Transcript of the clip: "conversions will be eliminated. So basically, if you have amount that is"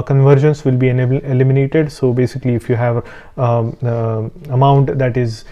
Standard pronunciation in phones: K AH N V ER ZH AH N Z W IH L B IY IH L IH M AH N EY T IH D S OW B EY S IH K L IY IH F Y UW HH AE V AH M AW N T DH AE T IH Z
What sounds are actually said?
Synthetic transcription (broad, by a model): K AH N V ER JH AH N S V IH L B IY IH L IH M AH N EY T IH D S OW B EY S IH K L IY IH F Y UW HH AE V AH M AW N T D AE T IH Z